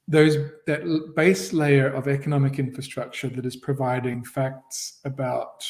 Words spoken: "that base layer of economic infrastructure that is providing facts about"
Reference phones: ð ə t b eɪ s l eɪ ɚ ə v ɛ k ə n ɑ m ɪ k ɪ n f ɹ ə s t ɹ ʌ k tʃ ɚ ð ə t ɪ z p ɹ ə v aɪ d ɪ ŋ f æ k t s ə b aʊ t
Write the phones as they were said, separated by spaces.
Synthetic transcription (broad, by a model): ð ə t b eɪ s l eɪ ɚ ə v ɛ k ə n ɑ m ɪ k ɪ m f ɹ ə s t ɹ ʌ k tʃ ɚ ð ə t ɪ z p ɹ ə v aɪ d ɪ ŋ f æ k t s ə b aʊ t